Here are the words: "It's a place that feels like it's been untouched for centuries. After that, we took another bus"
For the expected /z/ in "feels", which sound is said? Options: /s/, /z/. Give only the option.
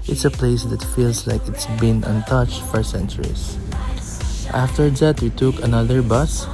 /s/